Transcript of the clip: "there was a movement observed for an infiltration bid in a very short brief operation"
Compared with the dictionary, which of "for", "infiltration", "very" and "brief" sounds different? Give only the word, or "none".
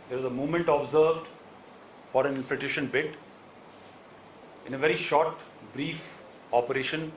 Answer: infiltration